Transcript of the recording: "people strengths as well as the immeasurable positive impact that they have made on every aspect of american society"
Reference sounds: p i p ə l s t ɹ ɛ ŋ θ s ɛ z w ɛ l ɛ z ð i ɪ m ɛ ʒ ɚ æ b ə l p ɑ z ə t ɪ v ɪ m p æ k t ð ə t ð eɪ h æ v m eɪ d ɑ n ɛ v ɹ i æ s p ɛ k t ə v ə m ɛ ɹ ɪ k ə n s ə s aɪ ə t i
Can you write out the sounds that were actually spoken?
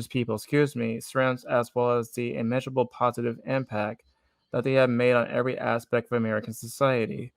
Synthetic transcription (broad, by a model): p i p l s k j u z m s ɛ z w ɛ l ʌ z ð i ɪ m ɛ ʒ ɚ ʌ b l p ɑ z ə t ɪ v ɪ m p æ k t ð ə t ð eɪ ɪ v m eɪ d n ɛ v ɹ i æ s p ɛ k t ə v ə m ɛ ɹ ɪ k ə n s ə s aɪ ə t i